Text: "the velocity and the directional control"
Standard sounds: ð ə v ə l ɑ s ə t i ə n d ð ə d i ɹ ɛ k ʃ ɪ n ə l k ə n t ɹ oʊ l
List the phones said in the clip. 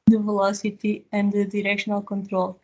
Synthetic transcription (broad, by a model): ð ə v ə l ɑ s ə t i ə n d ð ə d i ɹ ɛ k ʃ ɪ n ə l k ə n t ɹ oʊ l